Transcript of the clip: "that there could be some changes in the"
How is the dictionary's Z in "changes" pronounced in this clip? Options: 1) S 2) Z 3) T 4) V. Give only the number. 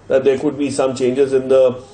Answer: 2